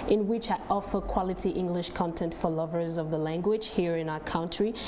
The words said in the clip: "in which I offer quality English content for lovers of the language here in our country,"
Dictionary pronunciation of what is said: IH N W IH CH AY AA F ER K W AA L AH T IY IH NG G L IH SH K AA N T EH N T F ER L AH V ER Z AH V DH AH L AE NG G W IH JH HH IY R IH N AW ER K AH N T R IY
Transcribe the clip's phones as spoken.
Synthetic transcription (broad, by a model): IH N W IH CH AY AA F ER K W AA L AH T IY IH NG G L IH SH K AA N T EH N T F ER L AH V ER Z AH V DH AH L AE NG G W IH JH HH IY R IH N AW ER K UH N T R IY